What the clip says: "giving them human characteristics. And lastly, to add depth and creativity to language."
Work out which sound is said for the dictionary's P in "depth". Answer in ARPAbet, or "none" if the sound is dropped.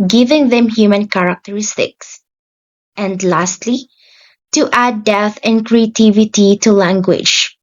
none